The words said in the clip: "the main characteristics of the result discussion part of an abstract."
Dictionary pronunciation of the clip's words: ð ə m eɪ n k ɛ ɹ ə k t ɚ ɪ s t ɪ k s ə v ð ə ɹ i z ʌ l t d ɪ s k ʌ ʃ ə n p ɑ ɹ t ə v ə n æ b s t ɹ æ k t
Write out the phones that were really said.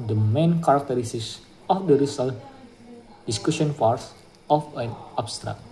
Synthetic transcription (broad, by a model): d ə m eɪ n k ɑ ɹ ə k t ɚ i s t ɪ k s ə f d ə ɹ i s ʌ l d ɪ s k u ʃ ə n f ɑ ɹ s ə f ə n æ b s t ɹ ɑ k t